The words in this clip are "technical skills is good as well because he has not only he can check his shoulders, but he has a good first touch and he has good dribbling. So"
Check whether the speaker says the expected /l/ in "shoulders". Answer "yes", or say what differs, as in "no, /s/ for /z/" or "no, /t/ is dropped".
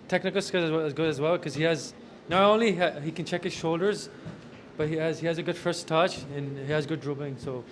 yes